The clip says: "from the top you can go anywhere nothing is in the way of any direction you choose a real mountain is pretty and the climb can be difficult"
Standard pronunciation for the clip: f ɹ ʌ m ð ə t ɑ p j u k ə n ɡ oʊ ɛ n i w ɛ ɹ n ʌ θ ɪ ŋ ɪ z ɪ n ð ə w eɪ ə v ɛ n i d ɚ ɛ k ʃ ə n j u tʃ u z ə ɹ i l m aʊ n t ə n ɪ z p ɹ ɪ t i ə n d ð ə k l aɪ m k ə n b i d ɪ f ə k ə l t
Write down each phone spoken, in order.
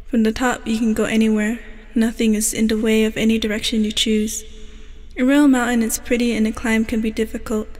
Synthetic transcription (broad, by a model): f ɹ ʌ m ð ə t ɑ p j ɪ k ə n ɡ oʊ ɛ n i w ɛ ɹ n ʌ θ ɪ ŋ ɪ z ɪ n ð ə w eɪ ə v ɛ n i d ɚ ɛ k ʃ ə n j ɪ tʃ u z ə ɹ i l m aʊ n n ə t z p ɹ ɪ t i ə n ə k l aɪ m k ə n b i d ɪ f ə k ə l t